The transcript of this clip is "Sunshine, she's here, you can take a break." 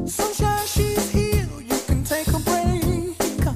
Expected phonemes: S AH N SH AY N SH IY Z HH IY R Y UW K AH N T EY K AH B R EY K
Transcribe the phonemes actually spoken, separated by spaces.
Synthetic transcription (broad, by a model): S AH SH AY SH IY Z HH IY L Y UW K AH N T EY K AH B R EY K